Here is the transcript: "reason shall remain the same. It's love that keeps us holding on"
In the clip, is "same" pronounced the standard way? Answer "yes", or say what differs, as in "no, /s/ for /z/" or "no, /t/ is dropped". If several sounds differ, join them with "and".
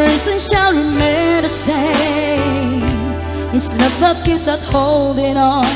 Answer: no, /m/ is dropped